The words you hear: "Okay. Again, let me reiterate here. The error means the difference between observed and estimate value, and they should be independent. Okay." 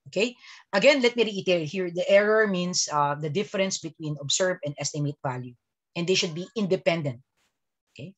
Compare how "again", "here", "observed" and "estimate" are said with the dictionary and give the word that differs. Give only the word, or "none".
observed